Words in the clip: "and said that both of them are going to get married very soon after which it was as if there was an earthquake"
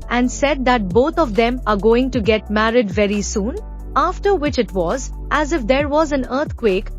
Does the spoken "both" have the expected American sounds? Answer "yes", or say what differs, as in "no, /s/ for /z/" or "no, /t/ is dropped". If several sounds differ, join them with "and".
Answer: no, /t/ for /θ/